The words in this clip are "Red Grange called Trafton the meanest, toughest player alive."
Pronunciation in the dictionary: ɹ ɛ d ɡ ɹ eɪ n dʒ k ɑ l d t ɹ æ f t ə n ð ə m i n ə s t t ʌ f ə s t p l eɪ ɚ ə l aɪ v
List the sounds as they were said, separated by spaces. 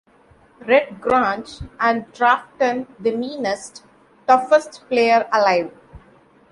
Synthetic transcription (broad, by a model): ɹ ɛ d ɡ ɹ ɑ n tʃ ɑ n d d ɹ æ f t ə n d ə m i n ə s t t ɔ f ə s t p l eɪ ɚ ə l aɪ v